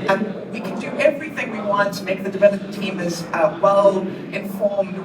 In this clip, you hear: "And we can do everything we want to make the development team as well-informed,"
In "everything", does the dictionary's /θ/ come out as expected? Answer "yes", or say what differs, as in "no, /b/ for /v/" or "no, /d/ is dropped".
yes